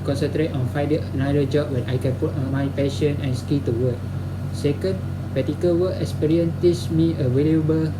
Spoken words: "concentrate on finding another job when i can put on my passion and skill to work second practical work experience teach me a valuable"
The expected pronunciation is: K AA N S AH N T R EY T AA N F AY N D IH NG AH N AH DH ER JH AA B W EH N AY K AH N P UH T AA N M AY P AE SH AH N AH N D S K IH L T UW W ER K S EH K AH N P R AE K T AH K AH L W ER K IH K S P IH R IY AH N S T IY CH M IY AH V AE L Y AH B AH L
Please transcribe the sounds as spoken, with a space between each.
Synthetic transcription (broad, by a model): K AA N S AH N T R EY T AA N F AY D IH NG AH N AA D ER JH AA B W EH N AY K AH N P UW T AA N M AY P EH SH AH N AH N S K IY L T UW W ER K S EH K AH N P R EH T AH K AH L W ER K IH K S P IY R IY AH N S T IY S M IY AH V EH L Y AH B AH L